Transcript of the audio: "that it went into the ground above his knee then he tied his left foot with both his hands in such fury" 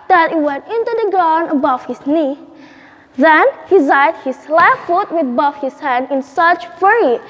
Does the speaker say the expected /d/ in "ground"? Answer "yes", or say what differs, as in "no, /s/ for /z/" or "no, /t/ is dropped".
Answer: no, /d/ is dropped